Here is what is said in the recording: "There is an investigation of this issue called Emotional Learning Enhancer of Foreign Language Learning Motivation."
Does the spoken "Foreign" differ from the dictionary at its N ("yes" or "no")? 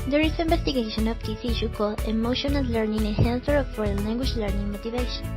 yes